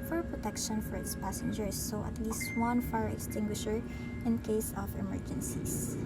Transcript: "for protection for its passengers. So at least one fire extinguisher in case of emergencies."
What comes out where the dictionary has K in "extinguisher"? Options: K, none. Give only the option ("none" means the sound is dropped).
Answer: K